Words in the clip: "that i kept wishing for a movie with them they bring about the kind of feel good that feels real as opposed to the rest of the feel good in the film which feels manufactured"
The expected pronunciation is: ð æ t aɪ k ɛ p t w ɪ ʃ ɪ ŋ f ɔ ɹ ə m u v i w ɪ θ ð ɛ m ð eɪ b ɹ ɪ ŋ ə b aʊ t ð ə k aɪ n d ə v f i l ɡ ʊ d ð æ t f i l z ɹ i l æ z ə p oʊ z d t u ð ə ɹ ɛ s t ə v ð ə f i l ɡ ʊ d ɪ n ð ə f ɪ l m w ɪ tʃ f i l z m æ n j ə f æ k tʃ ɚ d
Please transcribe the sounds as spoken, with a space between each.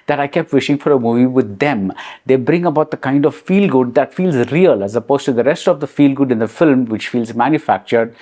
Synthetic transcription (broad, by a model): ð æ t aɪ k ɛ p t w ɪ ʃ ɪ ŋ f ɔ ɹ ə m u v i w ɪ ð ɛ m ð eɪ b ɹ ɪ ŋ ə b aʊ t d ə k aɪ n d ə v f i l ɡ ʊ d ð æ t f i l z ɹ i l æ z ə p oʊ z t u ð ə ɹ ɛ s t ə v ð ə f i l ɡ ʊ d ɪ n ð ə f ɪ l m w ɪ tʃ f i l z m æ n j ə f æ k tʃ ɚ d